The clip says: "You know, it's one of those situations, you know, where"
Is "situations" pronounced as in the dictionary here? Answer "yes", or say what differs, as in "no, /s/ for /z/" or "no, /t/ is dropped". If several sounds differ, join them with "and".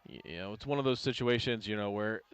yes